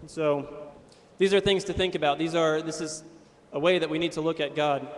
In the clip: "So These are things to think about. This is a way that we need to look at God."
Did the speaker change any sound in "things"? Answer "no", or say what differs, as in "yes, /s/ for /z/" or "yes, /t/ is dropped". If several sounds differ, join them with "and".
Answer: no